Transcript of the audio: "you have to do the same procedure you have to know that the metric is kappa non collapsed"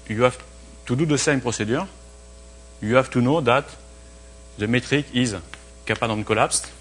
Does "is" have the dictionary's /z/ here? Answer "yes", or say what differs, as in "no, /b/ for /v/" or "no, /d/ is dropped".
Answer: yes